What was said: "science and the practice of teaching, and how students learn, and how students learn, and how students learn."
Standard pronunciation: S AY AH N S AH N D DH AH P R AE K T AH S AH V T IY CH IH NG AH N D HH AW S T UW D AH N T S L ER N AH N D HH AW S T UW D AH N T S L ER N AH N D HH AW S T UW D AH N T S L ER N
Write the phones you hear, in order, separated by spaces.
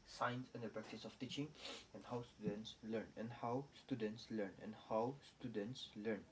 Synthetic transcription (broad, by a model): S AY N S AH N D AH P R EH K T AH S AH F T IY CH IH NG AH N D HH AW S T UW D AH N T S L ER N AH N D HH AW S T UW D AH N T S L ER N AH N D HH AW S T UW D AH N T S L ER N